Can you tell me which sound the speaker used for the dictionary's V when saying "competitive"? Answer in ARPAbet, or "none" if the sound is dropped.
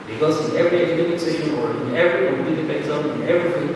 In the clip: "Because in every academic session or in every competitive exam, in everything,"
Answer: P